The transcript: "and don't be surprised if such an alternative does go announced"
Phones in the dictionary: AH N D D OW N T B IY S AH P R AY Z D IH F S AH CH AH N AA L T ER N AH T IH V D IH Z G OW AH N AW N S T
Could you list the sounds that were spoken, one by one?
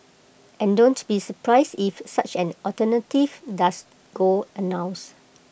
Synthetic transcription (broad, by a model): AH N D D OW N T B IY S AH P R AY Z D IH F S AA CH AH N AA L T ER N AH T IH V D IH S G OW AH N AW N S